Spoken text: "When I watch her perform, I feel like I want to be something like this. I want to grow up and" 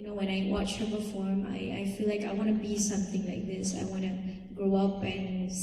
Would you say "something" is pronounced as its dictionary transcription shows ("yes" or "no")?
yes